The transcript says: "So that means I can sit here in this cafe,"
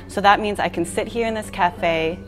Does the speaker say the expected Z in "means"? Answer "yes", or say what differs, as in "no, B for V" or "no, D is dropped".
yes